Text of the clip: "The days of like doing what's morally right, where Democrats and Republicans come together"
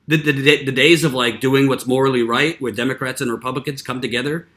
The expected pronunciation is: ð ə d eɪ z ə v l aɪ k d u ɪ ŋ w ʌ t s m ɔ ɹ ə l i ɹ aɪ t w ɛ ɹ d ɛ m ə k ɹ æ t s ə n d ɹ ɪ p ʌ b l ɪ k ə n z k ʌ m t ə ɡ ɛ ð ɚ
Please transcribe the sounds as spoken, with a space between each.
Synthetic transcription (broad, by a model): ð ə d eɪ z ə v l aɪ k d u ɪ ŋ w ʌ t s m ɔ ɹ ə l i ɹ aɪ t w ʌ ɹ d ɛ m ə k ɹ æ t s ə n ɹ ɪ p ʌ b l ɪ k ə n z k ʌ m t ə ɡ ɛ ð ɚ